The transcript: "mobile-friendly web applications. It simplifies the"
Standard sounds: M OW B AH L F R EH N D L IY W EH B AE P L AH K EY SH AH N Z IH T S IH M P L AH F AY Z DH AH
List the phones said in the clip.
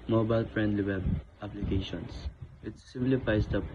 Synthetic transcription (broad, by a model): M OW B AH L F R EH N D L IY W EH B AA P L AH K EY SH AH N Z IH T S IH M B L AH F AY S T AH